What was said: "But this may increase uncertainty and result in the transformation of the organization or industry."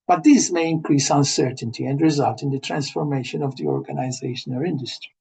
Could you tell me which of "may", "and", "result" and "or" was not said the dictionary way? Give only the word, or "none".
or